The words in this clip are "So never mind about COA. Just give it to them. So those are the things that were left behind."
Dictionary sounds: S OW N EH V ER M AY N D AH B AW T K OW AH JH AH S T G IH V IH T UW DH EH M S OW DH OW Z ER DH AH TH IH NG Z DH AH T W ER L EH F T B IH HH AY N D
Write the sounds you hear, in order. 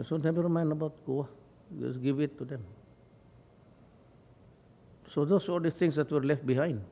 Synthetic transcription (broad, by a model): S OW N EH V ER M AY N D AH B AW T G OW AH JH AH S G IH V IH T UW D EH M S OW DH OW S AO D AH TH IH NG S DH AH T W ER L EH F T B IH HH AY N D